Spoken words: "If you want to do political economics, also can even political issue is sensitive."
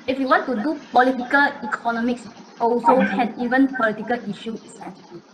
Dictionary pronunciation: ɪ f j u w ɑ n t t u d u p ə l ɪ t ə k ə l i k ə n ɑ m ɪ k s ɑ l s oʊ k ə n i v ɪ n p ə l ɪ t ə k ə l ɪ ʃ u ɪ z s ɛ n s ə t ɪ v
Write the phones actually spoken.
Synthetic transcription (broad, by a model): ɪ f j u w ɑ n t t u d u p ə l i t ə k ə l i k ə n ɑ m ɪ k s ɑ l s oʊ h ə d i v ɪ n p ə l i t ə k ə l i ʃ u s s